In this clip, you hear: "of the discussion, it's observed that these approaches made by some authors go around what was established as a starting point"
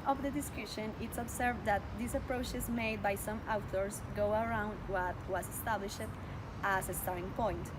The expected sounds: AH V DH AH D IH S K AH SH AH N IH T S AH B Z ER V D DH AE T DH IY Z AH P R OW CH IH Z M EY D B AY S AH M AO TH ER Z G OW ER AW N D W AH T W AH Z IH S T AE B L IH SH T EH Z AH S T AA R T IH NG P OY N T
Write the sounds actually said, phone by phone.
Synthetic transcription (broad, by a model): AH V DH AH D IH S K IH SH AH N IH T S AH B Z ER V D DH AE T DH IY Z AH P R OW CH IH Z M EY D B AY S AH M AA T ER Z G OW ER AW N D W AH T W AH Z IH S T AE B L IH SH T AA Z AH S T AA R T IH NG P OY N T